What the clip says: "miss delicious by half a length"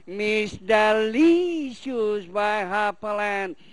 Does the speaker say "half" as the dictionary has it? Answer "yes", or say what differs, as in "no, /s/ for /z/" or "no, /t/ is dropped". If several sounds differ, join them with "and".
no, /p/ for /f/